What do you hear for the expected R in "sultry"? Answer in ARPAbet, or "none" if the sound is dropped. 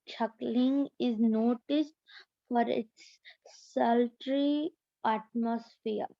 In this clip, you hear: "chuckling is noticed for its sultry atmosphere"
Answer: R